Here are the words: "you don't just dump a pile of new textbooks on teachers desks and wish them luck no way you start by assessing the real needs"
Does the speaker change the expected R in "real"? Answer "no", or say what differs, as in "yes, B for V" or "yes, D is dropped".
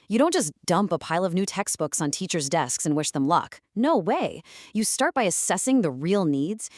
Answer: no